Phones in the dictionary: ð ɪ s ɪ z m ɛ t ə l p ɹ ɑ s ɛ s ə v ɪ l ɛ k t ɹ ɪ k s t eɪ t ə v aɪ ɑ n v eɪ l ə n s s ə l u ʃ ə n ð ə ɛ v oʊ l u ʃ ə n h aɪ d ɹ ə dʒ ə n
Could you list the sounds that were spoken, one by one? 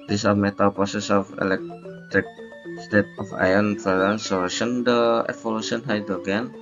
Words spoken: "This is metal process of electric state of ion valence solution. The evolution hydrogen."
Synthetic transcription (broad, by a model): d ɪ s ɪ m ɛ t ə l p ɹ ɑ s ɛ s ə f ɪ l ɛ k t ɹ ɪ k s t eɪ t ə f aɪ ɑ n f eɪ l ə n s s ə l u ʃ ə n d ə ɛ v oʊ l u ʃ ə n h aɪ d ɹ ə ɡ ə n